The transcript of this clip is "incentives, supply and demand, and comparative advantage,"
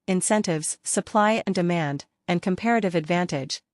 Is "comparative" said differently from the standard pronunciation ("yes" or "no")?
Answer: no